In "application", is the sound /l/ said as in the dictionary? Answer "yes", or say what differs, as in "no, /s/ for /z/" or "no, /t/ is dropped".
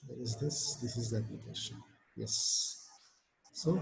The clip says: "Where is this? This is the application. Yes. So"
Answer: no, /l/ is dropped